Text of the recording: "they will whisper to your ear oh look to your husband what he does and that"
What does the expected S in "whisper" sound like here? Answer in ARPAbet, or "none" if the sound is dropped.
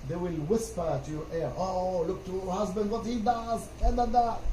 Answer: S